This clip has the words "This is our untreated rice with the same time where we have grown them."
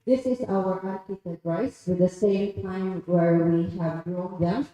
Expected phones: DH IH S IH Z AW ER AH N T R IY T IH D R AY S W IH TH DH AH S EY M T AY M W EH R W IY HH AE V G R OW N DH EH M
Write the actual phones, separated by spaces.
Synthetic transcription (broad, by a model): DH IH S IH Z AW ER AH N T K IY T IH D R AY S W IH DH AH S EY M T AY M W EH R W IY HH AE V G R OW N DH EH M